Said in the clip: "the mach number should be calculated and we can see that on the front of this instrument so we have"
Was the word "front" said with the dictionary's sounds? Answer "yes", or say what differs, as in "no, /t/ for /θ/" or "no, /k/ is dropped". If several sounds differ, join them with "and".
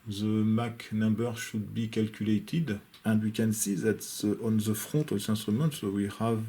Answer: no, /n/ is dropped